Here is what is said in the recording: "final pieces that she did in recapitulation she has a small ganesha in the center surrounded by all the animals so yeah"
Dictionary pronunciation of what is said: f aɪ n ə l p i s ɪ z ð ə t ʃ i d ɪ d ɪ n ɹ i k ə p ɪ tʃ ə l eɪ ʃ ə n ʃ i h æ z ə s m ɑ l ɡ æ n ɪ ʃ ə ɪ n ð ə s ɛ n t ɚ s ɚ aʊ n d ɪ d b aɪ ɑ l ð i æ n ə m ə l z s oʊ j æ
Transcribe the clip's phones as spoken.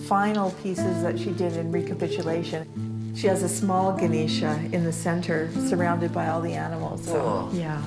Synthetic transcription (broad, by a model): f aɪ n l p i s ɪ z ð ə t ʃ i d ɪ d ɪ n ɹ i k ə p ɪ tʃ ə l eɪ ʃ ə n ʃ i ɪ z ə s m ɑ l ɡ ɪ n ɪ ʃ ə ɪ n ð ə s ɛ n t ɚ s ɚ aʊ n d ɪ d b aɪ ɑ l ð i æ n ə m l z s oʊ j æ